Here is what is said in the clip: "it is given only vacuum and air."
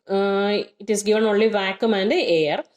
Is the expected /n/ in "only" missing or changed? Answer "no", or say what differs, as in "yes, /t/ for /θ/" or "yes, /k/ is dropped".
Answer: yes, /n/ is dropped